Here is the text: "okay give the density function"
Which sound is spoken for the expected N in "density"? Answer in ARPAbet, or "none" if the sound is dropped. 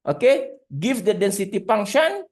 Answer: N